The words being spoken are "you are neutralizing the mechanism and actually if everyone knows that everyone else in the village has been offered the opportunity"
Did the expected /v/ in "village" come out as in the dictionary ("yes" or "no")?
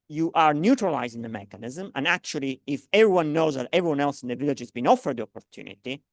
yes